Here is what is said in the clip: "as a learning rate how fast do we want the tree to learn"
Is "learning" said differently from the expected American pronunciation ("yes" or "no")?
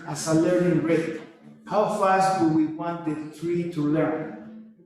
yes